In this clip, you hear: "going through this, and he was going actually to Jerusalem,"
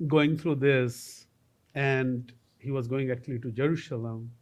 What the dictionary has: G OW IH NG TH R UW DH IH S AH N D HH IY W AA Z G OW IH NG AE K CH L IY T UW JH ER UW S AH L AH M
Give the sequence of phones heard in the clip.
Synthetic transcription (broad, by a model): G OW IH NG T R UW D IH S AH N D HH IY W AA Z G OW IH NG AE K CH L IY T UW JH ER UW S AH L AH M